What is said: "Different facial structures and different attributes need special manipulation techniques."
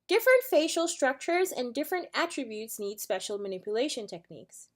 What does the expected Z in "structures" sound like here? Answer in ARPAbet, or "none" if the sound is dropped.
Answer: Z